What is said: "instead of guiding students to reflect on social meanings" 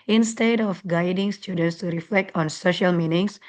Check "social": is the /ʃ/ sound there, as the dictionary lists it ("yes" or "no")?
yes